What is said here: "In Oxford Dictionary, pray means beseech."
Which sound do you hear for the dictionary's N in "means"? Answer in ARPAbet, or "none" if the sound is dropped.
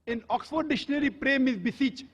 none